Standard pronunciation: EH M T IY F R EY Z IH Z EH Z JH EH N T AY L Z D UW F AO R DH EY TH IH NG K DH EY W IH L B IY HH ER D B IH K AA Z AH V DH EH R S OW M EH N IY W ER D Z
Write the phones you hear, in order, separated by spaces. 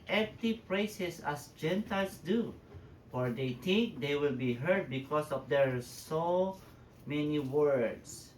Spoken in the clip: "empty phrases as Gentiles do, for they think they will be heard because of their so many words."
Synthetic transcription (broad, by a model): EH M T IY P R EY S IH S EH S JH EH N T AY L S D UW F AO R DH EY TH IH NG K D EY W IH L B IY HH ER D B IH K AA S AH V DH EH R S OW M EH N IY W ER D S